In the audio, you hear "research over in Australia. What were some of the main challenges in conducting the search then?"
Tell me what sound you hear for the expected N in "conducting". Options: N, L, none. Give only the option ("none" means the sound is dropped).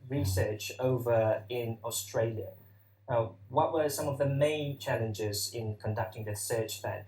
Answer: N